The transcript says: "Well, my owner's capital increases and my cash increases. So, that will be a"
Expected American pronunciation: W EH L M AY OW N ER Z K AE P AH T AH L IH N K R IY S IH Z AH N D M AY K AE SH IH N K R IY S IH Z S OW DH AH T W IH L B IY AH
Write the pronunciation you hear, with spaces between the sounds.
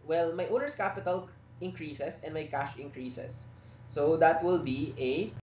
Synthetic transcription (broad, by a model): W EH L M AY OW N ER S K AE P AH T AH L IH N K R IY S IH S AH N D M AY K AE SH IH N K R IY S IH S OW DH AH T W IH L B IY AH